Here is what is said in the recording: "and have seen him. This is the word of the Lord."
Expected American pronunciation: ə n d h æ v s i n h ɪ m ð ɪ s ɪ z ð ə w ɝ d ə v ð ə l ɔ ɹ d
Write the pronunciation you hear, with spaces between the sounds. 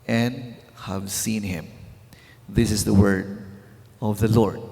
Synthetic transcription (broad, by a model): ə n d h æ v s i n h ɪ m ð ɪ s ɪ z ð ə w ɝ d ə v ð ə l ɔ ɹ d